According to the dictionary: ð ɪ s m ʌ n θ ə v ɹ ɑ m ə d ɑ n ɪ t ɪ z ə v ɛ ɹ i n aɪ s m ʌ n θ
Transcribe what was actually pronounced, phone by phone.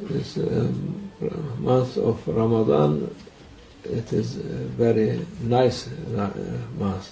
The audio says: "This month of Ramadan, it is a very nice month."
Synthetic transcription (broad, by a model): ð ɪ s m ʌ n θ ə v ɹ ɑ m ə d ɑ n ɪ t ɪ z v ɛ ɹ i n aɪ s m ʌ n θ